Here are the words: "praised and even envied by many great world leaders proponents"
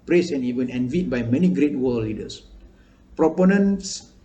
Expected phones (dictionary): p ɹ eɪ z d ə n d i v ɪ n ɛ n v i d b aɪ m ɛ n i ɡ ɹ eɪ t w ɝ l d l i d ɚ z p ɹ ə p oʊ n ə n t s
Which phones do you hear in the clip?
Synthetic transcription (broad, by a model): p ɹ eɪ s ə n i w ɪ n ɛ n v i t b aɪ m ɛ n i ɡ ɹ eɪ t w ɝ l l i d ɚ s p ɹ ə p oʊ n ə n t s